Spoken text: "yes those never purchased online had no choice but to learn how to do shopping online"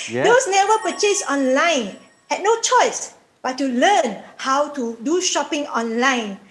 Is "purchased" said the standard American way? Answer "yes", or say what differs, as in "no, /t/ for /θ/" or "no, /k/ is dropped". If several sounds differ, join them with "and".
no, /t/ is dropped